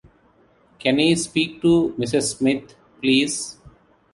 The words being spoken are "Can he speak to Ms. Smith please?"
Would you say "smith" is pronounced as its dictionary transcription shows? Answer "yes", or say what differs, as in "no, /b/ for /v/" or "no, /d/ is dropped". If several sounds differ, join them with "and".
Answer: no, /t/ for /θ/